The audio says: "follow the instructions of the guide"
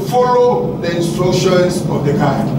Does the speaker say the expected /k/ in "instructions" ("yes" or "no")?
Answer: no